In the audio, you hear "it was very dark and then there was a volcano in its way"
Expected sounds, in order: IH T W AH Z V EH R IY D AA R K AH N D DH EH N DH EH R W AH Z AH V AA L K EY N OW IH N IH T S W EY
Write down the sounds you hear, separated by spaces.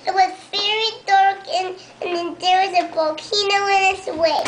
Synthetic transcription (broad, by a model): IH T W AH Z V EH R IY D AA R K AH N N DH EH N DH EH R W AH Z AH B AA K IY N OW IH N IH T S W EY